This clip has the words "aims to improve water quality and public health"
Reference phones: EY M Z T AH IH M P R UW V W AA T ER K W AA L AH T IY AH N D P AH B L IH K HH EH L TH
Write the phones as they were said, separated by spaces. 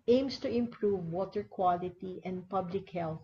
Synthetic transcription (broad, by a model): EY M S T AH IH M P R UW V W AA T ER K W AA L AH T IY AH N D P AH B L IH K HH EH L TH